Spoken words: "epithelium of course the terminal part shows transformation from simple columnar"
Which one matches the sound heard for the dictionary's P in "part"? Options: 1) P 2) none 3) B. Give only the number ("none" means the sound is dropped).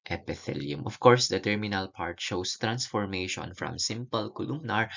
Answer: 1